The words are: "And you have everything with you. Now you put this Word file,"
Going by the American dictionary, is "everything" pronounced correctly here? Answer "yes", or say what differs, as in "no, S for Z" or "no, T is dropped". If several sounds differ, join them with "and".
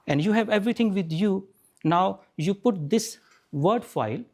no, T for TH